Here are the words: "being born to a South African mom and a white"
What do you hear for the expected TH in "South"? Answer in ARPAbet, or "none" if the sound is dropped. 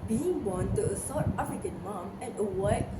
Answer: T